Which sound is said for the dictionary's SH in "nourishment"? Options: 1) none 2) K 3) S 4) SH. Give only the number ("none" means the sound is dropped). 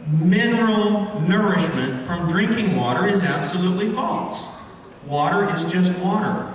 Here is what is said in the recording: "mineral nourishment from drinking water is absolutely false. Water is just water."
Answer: 4